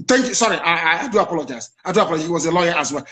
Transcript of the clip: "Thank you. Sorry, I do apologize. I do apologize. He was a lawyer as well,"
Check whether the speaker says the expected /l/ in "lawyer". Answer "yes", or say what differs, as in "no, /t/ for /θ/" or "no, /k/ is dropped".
yes